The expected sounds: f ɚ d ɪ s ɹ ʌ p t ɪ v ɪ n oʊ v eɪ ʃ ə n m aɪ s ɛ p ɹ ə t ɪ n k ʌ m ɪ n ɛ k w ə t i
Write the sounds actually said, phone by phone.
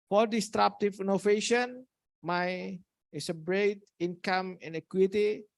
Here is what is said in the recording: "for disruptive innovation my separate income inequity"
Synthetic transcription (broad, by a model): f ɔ d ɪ s ɹ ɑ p t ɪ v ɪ n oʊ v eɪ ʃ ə n m aɪ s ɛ b ɹ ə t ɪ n k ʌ m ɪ n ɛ k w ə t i